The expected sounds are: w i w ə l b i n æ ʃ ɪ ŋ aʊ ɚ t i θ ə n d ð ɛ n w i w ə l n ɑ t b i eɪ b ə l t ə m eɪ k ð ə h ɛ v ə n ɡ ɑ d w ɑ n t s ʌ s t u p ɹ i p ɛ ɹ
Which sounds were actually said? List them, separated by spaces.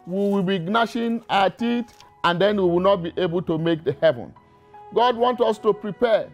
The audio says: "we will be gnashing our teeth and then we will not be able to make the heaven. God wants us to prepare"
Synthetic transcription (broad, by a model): w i w ə l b i n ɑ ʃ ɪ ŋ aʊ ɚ t i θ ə n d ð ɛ n w i w ə l n ɑ t b i eɪ b ə l t ə m eɪ k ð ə h ɛ v ə n ɡ ɑ d w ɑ n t ʌ s t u p ɹ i p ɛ